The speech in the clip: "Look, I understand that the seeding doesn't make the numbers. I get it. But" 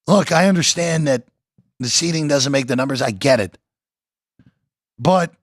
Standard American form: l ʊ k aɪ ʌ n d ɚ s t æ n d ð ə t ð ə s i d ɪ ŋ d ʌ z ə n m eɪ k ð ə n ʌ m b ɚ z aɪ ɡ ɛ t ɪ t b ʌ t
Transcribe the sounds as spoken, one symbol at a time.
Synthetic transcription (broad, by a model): l ʊ k aɪ ʌ n d ɚ s t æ n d ð ə t ð ə s i d ɪ ŋ d ʌ z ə n m eɪ k ð ə n ʌ m b ɚ z aɪ ɡ ɛ t ɪ t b ʌ t